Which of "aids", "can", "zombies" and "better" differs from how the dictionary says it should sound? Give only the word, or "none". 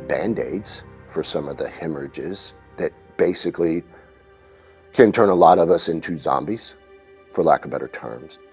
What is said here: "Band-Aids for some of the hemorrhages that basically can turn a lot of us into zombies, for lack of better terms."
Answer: none